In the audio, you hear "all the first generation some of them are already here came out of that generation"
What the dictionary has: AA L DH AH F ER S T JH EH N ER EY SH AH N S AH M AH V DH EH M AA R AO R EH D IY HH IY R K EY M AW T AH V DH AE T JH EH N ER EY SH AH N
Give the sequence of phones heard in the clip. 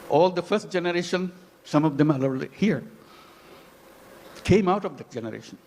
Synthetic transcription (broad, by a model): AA L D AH F ER S T JH EH N ER EY SH AH N S AH M AH V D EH M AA L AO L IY HH IY R K EY M AW T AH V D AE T JH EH N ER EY SH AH N